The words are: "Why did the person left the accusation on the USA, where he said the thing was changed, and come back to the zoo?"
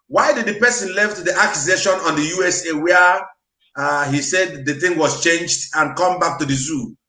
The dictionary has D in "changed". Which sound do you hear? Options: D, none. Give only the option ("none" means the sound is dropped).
D